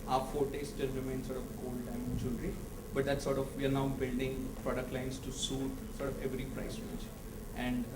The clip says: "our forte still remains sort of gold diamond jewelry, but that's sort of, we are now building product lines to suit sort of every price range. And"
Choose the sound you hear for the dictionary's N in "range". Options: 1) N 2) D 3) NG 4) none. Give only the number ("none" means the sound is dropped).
4